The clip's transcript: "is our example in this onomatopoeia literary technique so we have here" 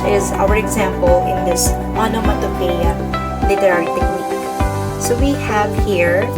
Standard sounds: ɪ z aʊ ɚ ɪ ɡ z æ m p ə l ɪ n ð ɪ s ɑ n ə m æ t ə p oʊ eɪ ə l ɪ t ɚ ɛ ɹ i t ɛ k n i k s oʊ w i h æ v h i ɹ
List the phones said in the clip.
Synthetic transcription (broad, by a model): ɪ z aʊ ɚ ɪ ɡ z æ m p ə l ɪ n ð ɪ s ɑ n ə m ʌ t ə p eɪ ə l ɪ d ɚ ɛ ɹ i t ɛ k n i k s oʊ w i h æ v h i ɹ